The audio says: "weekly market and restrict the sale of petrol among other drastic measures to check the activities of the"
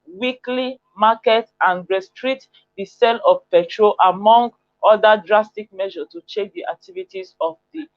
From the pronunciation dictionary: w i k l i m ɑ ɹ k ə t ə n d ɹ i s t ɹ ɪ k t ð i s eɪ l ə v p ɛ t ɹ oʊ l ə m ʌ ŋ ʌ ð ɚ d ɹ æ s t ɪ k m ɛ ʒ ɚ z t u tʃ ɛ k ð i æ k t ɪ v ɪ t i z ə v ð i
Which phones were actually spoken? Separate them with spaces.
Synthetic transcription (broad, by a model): w i k l i m ɑ k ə t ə n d ɹ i s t ɹ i t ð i s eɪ l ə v p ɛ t ɹ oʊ l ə m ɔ ŋ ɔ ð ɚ d ɹ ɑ s t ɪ k m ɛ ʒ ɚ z t u tʃ ɛ k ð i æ k t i v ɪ t i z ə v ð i